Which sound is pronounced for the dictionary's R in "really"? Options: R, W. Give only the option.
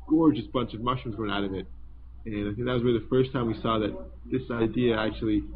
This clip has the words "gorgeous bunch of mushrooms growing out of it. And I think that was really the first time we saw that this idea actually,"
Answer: W